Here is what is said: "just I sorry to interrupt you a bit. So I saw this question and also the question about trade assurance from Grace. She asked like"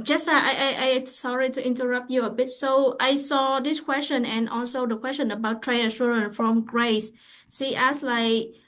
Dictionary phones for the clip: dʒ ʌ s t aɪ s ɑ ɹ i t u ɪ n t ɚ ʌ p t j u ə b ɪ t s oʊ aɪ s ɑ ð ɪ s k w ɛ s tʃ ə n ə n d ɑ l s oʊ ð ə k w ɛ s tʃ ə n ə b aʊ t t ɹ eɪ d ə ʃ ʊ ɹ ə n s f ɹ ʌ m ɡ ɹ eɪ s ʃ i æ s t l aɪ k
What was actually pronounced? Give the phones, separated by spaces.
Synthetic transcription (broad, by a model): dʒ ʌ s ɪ aɪ s ɑ ɹ i t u ɪ n t ɚ ʌ p t j u ə b ɪ t s oʊ aɪ s ɑ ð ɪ s k w ɛ s tʃ ə n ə n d ɑ l s oʊ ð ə k w ɛ s tʃ ə n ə b aʊ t t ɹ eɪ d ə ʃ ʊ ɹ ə n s f ɹ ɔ m ɡ ɹ eɪ s s i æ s l aɪ k